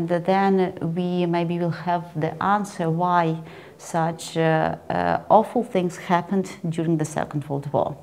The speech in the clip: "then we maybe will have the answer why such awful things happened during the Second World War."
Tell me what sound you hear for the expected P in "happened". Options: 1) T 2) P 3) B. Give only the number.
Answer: 2